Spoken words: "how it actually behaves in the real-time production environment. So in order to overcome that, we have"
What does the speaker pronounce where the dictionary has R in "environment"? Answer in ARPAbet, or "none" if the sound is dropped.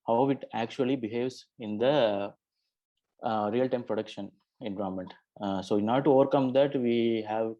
none